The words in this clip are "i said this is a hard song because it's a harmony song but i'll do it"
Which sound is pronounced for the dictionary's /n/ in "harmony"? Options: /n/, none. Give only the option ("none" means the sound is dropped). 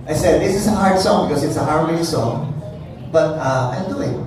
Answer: none